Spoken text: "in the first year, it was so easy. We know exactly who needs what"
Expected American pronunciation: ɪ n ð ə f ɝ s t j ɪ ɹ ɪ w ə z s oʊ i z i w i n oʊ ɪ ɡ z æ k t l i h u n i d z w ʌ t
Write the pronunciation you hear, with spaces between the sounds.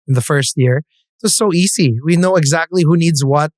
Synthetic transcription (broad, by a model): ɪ n ð ə f ɝ s t j ɪ ɹ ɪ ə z s oʊ i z i w i n oʊ ɪ ɡ z æ k t l i h u n i d z w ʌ t